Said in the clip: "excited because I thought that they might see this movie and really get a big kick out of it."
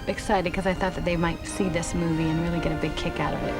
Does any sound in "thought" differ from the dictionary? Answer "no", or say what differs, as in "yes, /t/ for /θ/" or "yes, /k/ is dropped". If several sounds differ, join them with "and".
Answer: no